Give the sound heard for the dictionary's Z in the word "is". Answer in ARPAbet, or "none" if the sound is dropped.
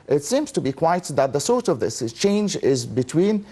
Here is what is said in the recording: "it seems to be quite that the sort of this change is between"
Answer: Z